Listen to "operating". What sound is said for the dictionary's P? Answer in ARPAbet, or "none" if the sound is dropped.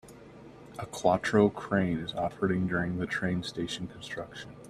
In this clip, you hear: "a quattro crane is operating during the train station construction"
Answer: F